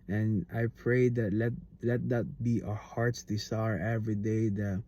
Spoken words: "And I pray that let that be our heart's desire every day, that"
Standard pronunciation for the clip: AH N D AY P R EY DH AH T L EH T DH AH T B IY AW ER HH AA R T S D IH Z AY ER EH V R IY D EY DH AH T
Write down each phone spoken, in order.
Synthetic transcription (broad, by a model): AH N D AY P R EY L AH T L EH T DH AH T B IY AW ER HH AA R T S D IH S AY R EH V R IY D EY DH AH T